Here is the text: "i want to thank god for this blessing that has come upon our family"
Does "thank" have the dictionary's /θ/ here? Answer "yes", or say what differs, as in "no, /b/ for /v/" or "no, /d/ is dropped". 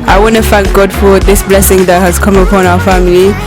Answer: no, /f/ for /θ/